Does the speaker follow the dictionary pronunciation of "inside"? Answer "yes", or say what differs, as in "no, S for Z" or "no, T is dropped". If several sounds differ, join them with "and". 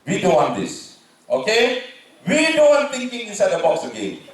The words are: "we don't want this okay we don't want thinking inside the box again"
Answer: no, N is dropped